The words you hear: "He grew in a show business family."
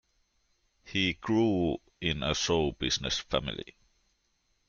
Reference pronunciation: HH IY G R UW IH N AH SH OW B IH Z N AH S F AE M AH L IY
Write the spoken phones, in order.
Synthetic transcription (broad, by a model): HH IY G R UW IH N AH S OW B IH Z N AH S F AE M AH L IY